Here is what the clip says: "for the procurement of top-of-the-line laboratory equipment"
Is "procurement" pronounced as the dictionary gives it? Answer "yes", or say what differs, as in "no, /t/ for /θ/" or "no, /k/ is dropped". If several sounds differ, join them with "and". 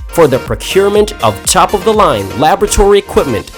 yes